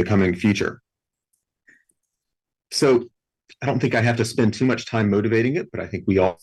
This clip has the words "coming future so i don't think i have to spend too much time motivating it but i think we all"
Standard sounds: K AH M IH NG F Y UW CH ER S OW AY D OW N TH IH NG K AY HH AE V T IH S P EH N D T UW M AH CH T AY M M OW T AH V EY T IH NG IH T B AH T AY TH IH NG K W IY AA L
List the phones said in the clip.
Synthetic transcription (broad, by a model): K AH M IH NG F Y UW CH ER S OW AY D OW N TH IH NG K AY HH AE F T IH S P EH N T UW M AH CH T AY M M OW T AH V EY T IH NG IH T B AH T AY TH IH NG K W IY AA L